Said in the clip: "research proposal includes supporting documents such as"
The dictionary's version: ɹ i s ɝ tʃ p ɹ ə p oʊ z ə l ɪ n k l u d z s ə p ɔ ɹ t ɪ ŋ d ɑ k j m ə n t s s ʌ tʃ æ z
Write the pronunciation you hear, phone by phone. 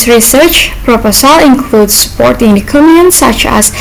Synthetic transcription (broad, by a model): ɹ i s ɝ tʃ p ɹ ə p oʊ s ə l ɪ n k l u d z s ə p ɔ ɹ t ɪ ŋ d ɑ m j ə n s s ʌ tʃ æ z